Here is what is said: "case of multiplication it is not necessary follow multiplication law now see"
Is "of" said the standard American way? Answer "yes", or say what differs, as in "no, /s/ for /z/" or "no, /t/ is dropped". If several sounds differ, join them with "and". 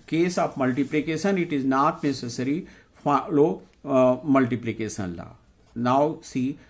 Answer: no, /p/ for /v/